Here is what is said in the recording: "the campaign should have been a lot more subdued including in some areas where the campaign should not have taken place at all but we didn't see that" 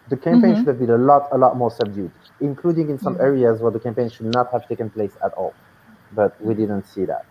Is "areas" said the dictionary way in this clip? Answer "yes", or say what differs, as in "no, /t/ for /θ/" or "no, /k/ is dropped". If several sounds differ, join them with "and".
yes